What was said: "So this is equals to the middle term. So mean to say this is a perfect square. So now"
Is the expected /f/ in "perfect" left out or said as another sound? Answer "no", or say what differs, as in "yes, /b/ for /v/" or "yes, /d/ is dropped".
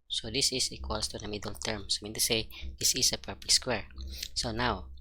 yes, /p/ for /f/